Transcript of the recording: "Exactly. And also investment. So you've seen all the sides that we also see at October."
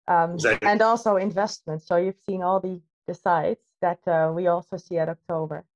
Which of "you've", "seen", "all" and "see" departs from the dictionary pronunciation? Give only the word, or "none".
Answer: none